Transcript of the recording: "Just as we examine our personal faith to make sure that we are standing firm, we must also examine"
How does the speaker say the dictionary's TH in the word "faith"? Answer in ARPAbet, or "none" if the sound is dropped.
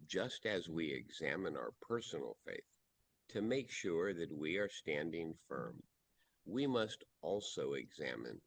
TH